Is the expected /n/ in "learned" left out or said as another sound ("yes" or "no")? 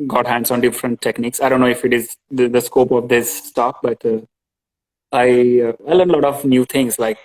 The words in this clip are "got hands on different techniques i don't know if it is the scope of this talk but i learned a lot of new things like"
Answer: yes